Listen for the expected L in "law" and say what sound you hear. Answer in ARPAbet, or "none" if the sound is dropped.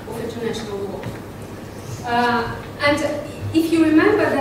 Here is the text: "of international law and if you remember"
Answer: W